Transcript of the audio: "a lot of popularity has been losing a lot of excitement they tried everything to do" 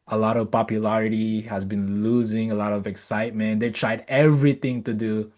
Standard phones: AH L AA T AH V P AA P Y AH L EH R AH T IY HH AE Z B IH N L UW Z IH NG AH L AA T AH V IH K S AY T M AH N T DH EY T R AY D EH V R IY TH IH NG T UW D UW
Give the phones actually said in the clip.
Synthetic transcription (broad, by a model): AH L AA T AH V P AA P Y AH L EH R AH T IY HH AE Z B IH N L UW Z IH NG AH L AA T AH V IH K S AY T M AH N T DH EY T R AY D EH V R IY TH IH NG T UW D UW